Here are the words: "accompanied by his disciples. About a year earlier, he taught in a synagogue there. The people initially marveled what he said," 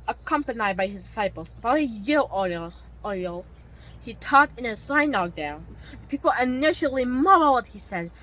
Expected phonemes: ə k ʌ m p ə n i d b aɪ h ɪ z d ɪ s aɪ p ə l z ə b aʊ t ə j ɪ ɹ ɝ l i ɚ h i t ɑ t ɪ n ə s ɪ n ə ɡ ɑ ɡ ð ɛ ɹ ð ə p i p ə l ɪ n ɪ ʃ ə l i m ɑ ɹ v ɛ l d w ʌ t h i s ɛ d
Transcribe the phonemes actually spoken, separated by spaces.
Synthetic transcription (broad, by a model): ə k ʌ m p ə n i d b aɪ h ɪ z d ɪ s aɪ p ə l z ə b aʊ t ə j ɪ l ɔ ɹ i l h i t ɑ t ɪ n ə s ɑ ə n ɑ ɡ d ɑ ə p i p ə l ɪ n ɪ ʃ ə l i m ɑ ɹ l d h i s ɛ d